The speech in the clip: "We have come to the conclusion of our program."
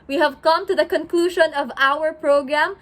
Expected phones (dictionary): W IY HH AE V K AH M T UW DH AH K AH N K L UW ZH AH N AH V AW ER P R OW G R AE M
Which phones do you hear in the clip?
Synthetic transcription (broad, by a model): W IY HH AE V K AH M T UW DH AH K AH N K L UW ZH AH N AH V AW ER P R OW G R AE M